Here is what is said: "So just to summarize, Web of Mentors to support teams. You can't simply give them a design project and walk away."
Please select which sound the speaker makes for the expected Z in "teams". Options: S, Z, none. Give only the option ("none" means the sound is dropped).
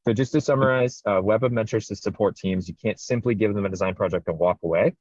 Z